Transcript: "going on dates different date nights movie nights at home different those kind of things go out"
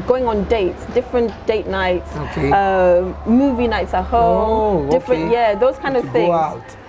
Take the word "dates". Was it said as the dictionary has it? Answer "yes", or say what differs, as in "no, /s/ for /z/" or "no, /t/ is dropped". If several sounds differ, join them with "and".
yes